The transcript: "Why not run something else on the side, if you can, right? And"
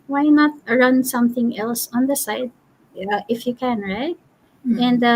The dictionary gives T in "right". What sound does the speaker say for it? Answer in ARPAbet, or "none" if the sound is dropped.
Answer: T